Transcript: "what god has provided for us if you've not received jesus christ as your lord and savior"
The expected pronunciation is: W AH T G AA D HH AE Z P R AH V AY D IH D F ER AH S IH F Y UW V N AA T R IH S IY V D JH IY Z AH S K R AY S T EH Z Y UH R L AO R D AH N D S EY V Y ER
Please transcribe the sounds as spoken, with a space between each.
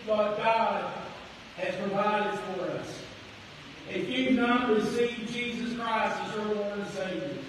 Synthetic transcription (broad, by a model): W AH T G AA D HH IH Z P R AH V AY D IH D F ER AH S IH F Y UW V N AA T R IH S IY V JH IY Z AH S K R AY S T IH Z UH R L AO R AH S EY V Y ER